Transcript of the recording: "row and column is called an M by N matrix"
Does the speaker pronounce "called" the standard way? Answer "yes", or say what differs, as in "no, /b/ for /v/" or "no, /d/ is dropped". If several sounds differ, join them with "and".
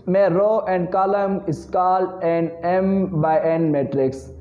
no, /d/ is dropped